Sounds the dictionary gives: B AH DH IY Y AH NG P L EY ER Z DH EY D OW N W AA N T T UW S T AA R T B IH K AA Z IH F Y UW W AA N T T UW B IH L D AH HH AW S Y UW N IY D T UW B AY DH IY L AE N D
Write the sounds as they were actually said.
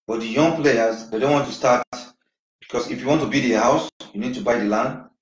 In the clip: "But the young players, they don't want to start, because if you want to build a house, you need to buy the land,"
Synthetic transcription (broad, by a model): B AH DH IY Y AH NG P L EY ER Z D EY D OW N W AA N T T UW S T AA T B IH K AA S IH F Y UW W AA N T T UW B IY D AH HH AW S Y UW N IY D T UW B AY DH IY L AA N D